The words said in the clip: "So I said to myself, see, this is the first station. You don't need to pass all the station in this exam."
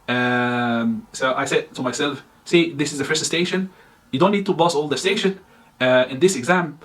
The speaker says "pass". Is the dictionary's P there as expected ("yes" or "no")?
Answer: no